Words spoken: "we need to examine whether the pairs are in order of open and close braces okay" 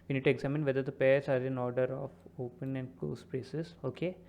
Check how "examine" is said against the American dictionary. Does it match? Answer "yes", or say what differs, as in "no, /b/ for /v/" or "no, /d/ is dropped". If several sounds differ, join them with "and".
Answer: yes